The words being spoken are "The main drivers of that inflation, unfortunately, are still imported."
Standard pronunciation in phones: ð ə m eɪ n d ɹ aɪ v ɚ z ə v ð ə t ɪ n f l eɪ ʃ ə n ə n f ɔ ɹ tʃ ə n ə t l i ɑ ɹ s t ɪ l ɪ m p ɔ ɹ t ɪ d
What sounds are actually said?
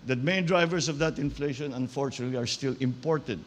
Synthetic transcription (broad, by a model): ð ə m eɪ n d ɹ aɪ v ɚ s ə v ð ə t ɪ n f l eɪ ʃ ə n ə n f ɔ ɹ tʃ ə n ə t l i ɑ ɹ s t ɪ l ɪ m p ɔ ɹ t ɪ d